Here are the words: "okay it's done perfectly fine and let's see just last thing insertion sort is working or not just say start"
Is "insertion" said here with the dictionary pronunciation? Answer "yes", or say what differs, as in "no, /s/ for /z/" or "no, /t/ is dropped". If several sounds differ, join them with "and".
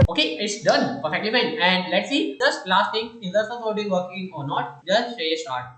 no, /s/ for /ʃ/